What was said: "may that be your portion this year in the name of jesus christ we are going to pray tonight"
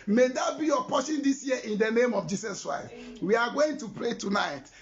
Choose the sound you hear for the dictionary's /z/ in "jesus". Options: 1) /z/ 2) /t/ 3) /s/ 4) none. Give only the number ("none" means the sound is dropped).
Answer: 3